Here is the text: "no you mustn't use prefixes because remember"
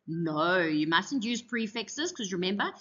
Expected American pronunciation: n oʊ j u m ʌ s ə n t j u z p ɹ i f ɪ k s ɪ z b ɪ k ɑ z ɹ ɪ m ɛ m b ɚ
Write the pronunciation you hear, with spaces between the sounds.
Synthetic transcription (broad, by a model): n oʊ j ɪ m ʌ s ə n j u z p ɹ i f ɪ k s ɪ z k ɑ z ɹ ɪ m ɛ m b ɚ